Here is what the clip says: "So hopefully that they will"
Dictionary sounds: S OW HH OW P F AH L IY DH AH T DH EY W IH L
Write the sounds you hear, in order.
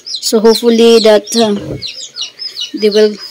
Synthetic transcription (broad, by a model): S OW HH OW F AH L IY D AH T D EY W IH L